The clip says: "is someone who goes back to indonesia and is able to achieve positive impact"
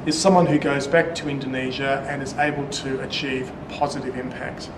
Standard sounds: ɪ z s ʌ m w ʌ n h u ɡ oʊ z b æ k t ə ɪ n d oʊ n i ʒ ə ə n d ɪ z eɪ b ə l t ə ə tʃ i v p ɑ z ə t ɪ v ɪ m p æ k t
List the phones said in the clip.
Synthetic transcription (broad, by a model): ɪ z s ʌ m w ʌ n h u ɡ oʊ z b æ k t ə ɪ n d oʊ n i ʒ ə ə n ɪ z eɪ b ə l t ə ə tʃ i v p ɑ z ə t ɪ v ɪ m p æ k t